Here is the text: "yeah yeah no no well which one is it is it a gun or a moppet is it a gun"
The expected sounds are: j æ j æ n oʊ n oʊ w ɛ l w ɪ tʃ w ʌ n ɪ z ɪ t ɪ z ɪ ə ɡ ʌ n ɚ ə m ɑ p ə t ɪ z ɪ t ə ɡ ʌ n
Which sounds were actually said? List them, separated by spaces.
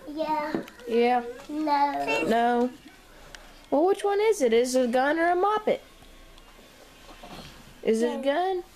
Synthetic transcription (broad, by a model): j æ j æ n oʊ n oʊ w ɛ l w ɪ tʃ w ʌ n ɪ z ɪ t ɪ z ɪ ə ɡ ʌ n ɚ ə m ɑ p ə t ɪ z ɪ t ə ɡ ʌ n